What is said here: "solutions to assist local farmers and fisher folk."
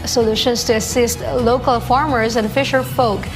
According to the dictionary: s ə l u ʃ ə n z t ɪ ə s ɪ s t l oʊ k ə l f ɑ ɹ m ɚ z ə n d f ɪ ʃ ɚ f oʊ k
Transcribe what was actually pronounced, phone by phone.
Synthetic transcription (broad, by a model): s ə l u ʃ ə n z t ɪ ə s ɪ s t l oʊ k ə l f ɑ ɹ m ɚ z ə n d f ɪ ʃ ɚ f oʊ k